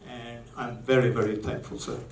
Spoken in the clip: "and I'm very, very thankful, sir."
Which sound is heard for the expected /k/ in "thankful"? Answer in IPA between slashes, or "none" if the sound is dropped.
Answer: /k/